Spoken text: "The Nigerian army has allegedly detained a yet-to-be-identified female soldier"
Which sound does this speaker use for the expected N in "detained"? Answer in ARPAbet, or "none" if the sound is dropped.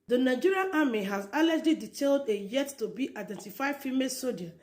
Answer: L